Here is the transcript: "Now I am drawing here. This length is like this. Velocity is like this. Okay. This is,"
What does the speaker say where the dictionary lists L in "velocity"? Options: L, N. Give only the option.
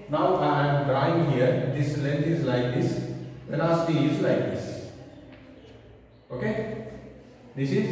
N